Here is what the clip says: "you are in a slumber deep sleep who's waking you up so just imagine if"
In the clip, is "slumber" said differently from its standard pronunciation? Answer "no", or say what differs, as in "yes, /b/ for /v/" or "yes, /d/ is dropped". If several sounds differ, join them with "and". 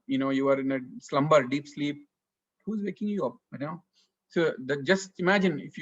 no